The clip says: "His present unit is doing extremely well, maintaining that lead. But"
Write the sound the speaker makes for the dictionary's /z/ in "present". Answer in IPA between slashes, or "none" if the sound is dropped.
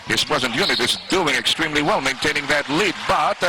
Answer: /z/